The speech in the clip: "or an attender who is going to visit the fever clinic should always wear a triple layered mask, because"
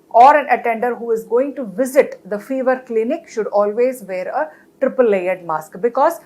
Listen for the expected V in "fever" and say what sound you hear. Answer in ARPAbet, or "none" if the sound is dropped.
V